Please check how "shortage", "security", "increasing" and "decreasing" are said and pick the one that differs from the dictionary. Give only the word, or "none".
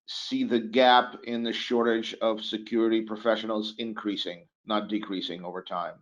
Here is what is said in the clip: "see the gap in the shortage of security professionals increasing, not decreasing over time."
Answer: none